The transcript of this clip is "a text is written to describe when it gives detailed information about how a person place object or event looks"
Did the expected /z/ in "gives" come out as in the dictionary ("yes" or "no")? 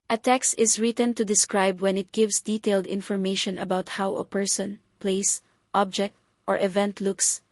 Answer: no